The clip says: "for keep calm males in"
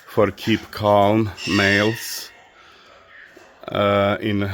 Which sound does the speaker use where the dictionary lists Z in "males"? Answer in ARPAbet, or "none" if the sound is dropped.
S